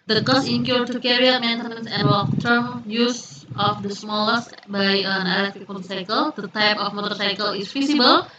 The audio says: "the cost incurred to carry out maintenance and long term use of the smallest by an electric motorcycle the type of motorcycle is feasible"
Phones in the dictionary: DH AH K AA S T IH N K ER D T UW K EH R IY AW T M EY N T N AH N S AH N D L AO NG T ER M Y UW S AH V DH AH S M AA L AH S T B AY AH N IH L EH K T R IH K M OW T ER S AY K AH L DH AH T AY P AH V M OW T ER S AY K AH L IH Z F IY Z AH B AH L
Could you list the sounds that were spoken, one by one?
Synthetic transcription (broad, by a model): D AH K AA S IH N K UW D T UW K EH R IY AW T M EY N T AH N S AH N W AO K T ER M Y UW S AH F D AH S M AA L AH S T B AY AH N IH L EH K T IH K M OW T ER S AY K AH L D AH T AY P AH F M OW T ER S AY K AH L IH S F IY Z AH B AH L